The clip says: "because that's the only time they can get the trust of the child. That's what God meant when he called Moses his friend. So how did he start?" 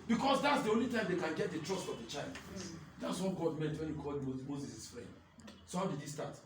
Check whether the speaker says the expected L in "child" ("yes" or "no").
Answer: yes